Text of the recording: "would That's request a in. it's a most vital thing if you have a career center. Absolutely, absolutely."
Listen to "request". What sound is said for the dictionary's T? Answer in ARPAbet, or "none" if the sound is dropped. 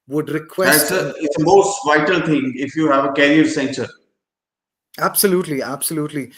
none